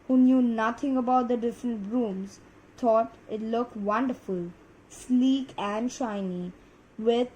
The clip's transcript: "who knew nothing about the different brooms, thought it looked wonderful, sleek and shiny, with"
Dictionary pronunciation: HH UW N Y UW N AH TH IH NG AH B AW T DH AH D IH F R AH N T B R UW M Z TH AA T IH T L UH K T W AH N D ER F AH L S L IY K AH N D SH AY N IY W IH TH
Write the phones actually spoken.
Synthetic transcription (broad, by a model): HH UW N Y UW N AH T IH NG AH B AW T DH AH D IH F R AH N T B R UW M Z T AA T IH T L UH K T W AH N D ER F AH L S L IY K AH N D SH AY N IY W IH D